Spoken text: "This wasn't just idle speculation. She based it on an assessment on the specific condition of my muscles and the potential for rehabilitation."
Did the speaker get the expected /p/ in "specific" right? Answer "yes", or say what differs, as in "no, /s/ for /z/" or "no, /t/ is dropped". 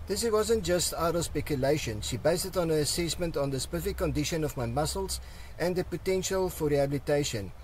no, /p/ is dropped